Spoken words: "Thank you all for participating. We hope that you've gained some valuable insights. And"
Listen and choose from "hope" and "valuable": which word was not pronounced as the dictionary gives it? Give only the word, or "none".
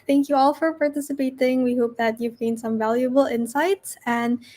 none